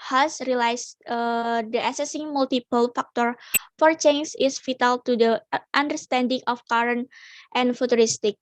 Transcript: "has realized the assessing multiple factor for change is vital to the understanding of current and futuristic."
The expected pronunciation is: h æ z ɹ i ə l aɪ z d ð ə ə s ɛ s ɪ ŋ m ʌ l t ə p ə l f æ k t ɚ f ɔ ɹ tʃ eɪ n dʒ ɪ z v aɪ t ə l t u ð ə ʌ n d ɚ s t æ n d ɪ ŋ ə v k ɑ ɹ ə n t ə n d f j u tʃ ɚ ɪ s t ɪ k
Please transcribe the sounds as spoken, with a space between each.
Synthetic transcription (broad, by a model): h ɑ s ɹ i l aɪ s d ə ə s ɛ s ɪ ŋ m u l t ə p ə l f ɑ k t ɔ f ɔ ɹ tʃ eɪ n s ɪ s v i t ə l t u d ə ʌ n d ɚ s t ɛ n d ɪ ŋ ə f k ɑ ɹ ə n t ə n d f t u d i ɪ s t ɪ k